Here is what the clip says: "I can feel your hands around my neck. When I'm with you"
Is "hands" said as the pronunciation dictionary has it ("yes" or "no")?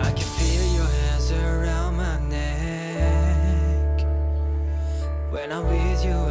yes